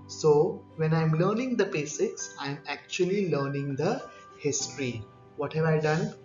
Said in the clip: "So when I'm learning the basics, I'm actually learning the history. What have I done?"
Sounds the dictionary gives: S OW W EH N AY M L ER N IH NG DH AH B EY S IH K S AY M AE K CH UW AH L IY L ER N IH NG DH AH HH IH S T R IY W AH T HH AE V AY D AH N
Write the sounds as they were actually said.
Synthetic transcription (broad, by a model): S OW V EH N AY M L ER N IH NG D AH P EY S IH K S AY M AE K CH UW AH L IY L ER N IH NG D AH HH IH S T R IY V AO T HH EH V AY D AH N